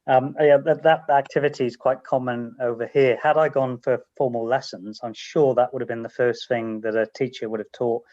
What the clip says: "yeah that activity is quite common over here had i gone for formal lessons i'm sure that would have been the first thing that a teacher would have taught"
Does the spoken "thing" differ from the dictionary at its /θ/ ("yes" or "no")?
no